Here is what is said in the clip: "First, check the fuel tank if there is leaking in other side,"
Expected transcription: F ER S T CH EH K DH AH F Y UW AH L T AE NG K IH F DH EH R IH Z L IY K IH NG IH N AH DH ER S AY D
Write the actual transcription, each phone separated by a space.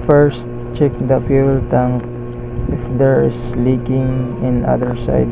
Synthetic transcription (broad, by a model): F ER S T CH EH K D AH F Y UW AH L T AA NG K IH F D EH R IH S L IY K IH NG IH N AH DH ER S AY D